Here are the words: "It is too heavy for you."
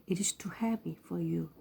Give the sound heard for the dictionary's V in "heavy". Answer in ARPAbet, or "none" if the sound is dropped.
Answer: P